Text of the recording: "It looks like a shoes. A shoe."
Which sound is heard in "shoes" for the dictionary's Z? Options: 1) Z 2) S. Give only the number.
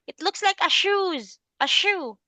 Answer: 1